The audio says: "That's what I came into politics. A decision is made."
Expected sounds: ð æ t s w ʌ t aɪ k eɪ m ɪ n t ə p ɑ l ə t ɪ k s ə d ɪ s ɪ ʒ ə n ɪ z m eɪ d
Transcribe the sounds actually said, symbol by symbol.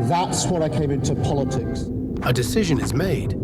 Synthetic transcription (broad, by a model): ð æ t s w ʌ t aɪ k eɪ m ɪ n t ə p ɑ l ə t ɪ k s ə d ɪ s ɪ ʒ ə n ɪ z m eɪ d